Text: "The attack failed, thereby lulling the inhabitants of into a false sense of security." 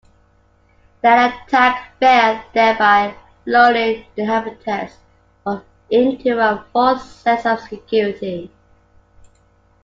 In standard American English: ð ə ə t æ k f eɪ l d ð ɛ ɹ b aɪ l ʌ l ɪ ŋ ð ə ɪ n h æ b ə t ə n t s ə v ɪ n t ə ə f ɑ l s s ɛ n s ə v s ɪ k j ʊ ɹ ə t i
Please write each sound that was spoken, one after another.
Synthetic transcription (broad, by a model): ð ə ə t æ k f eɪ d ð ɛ b aɪ l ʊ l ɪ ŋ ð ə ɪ h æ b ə t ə t s ə v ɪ n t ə ə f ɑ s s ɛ s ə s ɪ k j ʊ ɹ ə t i